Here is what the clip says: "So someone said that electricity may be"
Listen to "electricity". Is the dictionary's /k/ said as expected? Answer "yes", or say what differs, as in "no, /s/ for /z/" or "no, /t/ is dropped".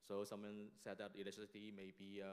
no, /k/ is dropped